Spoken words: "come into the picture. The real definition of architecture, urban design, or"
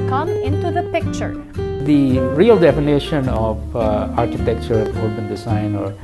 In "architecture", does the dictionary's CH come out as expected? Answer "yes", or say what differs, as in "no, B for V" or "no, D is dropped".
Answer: yes